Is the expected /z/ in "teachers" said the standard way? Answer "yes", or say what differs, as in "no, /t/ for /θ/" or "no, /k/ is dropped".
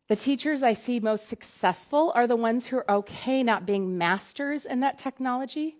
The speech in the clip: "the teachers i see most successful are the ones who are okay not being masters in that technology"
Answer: yes